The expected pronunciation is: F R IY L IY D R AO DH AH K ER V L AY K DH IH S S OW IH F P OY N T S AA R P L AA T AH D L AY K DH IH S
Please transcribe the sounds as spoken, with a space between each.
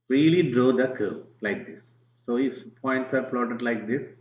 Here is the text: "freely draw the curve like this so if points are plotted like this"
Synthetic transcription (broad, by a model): R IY L IY D R AO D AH K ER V L AY K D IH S S OW IH F P OY N T S AA R P L AA T AH D L AY K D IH S